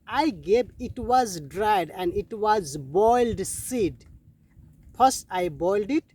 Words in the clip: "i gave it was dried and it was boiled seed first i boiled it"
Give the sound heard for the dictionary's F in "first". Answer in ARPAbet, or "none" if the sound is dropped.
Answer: P